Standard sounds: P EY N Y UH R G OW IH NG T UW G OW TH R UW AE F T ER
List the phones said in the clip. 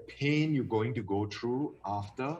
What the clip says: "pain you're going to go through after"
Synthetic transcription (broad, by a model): P EY N Y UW G OW IH NG T UW G OW T R UW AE F T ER